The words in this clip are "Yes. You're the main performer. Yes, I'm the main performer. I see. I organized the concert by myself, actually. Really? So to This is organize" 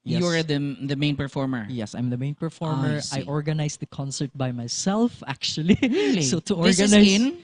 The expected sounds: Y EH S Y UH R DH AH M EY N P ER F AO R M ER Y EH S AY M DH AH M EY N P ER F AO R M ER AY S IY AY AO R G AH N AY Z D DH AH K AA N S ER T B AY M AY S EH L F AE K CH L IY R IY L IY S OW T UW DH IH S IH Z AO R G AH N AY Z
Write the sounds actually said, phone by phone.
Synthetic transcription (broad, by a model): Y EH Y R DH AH M EY N P ER F AO R M ER Y EH S AY M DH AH M EY N P ER F AO R M ER AY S AO R G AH N AY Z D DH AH K AA N S ER T B AY M AY S EH L F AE K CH IY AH L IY S OW T UW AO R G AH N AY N